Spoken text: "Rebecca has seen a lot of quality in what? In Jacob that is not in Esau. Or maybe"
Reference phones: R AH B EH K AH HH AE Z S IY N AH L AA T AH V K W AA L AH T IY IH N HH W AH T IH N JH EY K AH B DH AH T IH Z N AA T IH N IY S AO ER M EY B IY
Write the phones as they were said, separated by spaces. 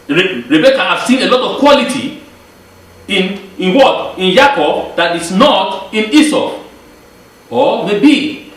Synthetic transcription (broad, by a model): R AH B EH K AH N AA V S IY N AH L AA T AH V K W AA L AH T IY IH N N W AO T IH N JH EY K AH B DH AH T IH S N AA T IH N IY S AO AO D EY B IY